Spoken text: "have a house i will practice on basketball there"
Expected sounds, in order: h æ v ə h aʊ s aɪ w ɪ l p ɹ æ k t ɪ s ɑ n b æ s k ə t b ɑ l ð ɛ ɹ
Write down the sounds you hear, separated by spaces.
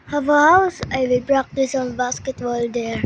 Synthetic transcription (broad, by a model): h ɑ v ə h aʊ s aɪ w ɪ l b ɹ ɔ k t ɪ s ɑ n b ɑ s k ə t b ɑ l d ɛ ɹ